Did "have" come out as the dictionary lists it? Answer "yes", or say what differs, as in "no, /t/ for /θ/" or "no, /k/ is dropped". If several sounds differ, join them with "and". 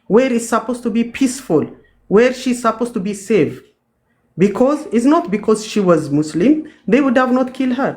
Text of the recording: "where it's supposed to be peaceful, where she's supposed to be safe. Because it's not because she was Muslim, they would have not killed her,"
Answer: yes